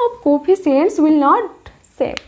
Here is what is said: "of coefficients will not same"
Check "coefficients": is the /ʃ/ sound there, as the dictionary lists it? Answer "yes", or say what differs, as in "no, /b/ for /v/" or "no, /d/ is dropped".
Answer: no, /s/ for /ʃ/